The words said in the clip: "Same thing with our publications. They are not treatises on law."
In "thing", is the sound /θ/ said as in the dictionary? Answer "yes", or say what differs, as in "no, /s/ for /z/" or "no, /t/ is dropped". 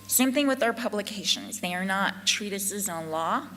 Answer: yes